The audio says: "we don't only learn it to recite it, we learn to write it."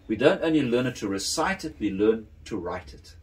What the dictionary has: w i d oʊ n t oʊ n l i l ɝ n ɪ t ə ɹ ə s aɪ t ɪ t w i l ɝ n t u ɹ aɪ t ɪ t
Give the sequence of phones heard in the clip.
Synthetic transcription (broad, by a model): w i d oʊ n t oʊ n l i l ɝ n ɪ t ə ɹ ə s aɪ t ɪ t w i l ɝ n t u ɹ aɪ t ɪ t